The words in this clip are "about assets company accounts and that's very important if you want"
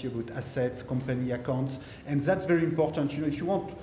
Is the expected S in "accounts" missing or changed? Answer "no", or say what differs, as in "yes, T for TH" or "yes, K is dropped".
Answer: no